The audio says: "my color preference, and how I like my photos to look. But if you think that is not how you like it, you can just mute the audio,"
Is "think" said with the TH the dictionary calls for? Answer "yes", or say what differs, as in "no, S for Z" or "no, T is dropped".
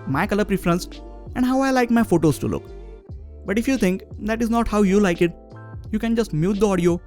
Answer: no, T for TH